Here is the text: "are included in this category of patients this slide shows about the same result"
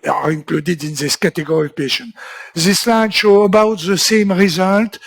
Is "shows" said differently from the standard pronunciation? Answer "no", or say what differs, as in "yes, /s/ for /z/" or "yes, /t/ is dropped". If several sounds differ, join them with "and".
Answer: yes, /z/ is dropped